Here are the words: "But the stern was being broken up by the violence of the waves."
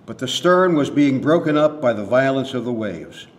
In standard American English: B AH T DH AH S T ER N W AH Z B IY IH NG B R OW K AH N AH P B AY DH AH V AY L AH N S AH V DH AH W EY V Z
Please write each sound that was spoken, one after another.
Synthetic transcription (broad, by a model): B AH T DH AH S T ER N W AH Z B IY IH NG B R OW K AH N AH P B AY DH AH V AY L AH N S AH V DH AH W EY V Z